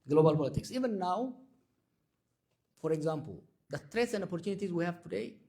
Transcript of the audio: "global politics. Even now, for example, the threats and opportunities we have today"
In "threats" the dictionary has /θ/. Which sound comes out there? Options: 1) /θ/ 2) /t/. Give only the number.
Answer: 2